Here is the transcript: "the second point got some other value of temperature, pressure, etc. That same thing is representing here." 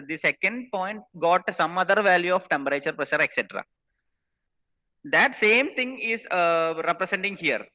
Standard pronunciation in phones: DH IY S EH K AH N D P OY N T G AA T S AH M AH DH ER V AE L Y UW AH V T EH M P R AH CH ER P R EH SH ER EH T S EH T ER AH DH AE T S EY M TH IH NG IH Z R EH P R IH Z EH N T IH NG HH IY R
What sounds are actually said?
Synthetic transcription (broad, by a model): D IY S EH K AH N D P OY N T G AA T S AH M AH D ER V AE L Y UW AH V T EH M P R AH CH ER P R EH SH ER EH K S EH T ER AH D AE T S EY M T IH NG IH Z R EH P R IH S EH N T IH NG HH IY R